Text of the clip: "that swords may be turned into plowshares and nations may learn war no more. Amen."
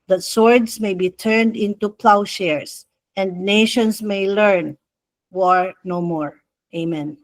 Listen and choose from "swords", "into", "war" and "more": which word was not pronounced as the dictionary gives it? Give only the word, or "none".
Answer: swords